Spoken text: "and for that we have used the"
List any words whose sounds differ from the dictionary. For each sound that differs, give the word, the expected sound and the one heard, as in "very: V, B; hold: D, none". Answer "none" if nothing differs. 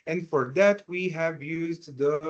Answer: none